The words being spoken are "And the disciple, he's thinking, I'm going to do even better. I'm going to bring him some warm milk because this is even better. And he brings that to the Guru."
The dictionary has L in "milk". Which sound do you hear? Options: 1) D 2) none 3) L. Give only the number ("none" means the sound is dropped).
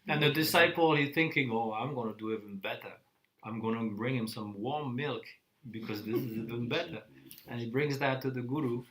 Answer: 3